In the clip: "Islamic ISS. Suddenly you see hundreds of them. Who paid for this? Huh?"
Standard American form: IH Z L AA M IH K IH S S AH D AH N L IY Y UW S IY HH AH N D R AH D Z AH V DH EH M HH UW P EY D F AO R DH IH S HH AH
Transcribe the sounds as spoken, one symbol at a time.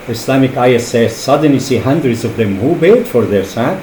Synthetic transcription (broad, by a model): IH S L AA M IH K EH S S AH D AH N L IY S IY HH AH N D R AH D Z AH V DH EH M HH UW B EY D F AO R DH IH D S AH